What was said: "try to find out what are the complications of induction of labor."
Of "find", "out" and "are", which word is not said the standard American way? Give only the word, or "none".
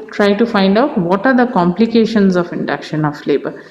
none